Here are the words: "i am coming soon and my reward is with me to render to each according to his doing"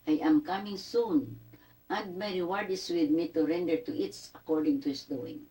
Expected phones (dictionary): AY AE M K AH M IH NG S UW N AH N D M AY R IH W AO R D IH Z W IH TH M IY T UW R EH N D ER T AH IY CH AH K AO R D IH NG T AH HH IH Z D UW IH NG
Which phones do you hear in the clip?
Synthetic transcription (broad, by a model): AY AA M K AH M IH NG S UW N AH N D M AY R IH W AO R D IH S W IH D M IY T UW R EH N D ER T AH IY S AH K AO R D IH NG T AH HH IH S D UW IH NG